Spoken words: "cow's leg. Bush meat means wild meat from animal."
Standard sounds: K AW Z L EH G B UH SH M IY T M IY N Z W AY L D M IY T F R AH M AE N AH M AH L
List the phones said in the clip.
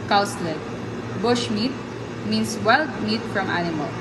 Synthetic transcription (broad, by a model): K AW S L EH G B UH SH M IY T M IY N S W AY L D M IY T F R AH M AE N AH M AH L